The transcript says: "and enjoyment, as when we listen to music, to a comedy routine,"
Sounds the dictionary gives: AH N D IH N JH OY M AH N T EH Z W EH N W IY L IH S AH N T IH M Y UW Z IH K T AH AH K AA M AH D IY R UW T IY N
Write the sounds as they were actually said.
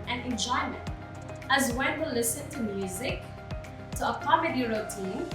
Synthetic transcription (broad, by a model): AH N IH N JH OY M AH N T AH Z W EH N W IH L IH S AH N T IH M Y UW Z IH K T AH AH K AA M AH D IY R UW T IY N